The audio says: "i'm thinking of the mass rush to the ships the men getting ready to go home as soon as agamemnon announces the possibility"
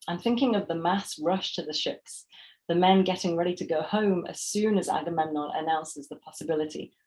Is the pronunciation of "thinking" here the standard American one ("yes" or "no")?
yes